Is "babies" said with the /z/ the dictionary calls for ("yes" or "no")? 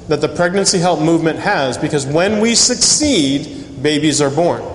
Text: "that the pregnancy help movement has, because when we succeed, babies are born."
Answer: yes